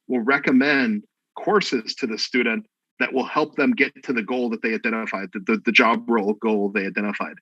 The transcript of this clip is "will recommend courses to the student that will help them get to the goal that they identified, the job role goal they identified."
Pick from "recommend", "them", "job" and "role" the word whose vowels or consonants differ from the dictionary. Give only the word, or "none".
none